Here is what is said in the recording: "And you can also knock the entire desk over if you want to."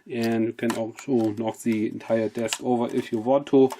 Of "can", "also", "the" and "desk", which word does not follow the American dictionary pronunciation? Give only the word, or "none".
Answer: none